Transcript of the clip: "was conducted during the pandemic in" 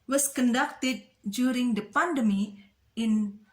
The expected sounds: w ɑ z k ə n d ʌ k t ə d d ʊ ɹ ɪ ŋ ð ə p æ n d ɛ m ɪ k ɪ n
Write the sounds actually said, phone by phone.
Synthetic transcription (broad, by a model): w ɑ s k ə n d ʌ k t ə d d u ɹ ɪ ŋ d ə p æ n d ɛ m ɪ ɪ n